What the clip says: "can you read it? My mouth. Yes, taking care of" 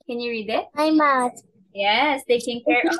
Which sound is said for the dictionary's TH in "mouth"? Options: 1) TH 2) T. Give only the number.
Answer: 2